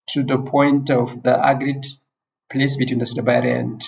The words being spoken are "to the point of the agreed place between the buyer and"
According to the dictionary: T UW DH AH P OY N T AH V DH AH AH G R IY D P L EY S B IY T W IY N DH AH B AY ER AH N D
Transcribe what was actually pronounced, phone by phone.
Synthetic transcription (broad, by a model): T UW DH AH P OY N T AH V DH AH AH G R IY D P L EY S B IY T W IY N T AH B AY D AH N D